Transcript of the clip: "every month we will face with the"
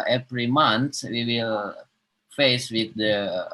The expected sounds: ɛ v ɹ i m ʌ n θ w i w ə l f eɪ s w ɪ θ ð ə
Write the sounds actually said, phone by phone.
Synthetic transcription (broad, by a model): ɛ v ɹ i m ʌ n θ w i w ə l f eɪ s w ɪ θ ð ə